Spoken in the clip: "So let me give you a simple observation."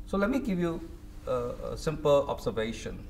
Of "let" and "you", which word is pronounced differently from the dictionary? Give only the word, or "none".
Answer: none